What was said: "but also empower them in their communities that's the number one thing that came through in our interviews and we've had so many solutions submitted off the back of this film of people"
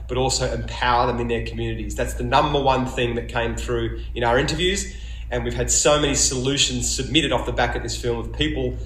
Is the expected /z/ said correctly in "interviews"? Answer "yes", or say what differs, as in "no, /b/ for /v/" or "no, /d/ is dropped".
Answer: yes